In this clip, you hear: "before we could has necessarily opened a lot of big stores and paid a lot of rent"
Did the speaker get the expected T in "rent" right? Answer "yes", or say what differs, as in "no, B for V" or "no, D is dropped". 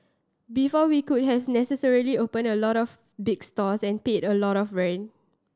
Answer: no, T is dropped